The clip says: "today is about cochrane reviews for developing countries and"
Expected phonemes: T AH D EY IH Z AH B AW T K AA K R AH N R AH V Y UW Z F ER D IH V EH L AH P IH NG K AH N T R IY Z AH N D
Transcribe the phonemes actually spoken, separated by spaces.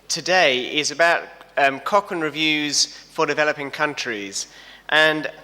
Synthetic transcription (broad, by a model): T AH D EY IH Z AH B AW T K AA K AH N R AH V Y UW Z F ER D IH V EH L AH P IH NG K AH N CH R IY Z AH N